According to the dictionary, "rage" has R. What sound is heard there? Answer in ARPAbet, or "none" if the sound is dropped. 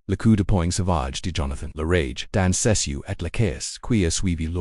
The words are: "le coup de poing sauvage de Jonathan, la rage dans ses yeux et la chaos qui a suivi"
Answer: R